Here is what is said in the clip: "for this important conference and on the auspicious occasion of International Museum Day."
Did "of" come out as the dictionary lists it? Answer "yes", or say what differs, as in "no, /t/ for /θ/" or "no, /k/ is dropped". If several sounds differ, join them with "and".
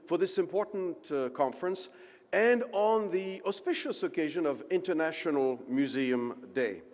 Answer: yes